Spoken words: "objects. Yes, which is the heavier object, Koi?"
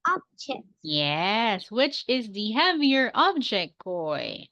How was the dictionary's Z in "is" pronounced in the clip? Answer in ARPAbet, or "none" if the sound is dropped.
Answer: Z